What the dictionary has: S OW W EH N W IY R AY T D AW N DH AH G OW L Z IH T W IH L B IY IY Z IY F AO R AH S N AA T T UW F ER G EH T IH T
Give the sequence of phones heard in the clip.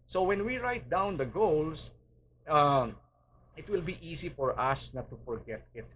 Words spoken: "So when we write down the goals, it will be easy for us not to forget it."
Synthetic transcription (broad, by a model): S OW W EH N W IY R AY T D AW N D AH G OW L S IH T W IH L B IY IY S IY F AO R AH S N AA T T UW F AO G EH T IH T